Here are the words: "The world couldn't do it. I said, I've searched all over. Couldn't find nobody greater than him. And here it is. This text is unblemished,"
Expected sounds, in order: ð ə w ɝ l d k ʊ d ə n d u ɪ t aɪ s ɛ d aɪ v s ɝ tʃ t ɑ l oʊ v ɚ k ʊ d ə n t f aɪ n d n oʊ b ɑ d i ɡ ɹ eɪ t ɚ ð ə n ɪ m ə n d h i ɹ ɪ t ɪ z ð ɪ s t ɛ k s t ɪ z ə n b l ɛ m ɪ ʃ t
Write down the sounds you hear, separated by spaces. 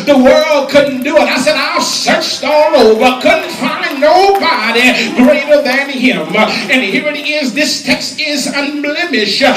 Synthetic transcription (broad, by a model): ð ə w ɝ l d k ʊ d n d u ɪ t aɪ s ɛ d aɪ s ɝ tʃ t ɑ l oʊ v ɚ k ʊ d n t f aɪ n n oʊ b ɑ d i ɡ ɹ eɪ t ɚ ð ə n ɪ m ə n h i ɹ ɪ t ɪ z ð ɪ s t ɛ k s t ɪ z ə n b l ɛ m ɪ ʃ